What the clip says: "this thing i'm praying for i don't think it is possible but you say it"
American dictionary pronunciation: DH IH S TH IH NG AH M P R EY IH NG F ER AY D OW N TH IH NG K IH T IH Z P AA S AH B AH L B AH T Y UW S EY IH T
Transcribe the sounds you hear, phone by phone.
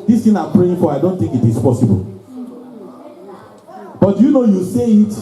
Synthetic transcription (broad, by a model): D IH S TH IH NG AH M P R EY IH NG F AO AY D OW N T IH NG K IH T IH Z P AA S AH B AH L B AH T Y UW S EY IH T